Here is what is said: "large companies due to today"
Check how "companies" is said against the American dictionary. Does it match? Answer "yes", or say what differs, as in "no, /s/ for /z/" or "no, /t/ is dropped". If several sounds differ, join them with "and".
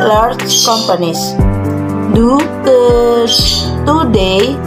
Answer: no, /s/ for /z/